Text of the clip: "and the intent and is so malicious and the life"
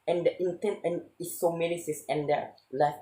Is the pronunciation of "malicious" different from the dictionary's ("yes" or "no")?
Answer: yes